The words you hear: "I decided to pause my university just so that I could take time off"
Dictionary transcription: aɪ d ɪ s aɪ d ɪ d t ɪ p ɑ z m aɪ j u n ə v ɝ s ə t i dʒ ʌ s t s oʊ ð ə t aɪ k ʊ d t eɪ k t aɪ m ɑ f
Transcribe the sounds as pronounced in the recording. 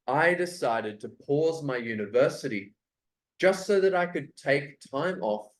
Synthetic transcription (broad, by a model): aɪ d ɪ s aɪ d ɪ d t ɪ p ɑ z m aɪ j u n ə v ɝ s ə t i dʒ ʌ s t s oʊ ð ə t aɪ k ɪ d t eɪ k t aɪ m ɑ f